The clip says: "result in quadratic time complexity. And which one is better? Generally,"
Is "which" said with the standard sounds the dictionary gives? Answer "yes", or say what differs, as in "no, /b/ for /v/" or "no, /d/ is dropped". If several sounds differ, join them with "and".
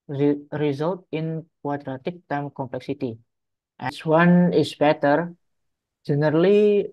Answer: no, /s/ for /tʃ/